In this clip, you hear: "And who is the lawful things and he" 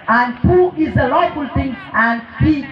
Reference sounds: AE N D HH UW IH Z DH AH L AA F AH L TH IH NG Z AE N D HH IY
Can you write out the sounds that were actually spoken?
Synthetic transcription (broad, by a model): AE N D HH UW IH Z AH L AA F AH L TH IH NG AE N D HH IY